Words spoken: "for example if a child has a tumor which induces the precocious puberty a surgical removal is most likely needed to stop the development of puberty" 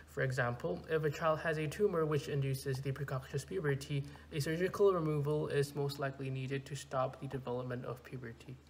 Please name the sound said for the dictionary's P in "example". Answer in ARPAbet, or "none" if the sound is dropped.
P